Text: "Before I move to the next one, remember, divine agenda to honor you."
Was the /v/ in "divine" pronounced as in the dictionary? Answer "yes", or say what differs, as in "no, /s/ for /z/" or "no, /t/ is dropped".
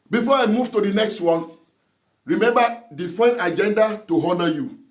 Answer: no, /f/ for /v/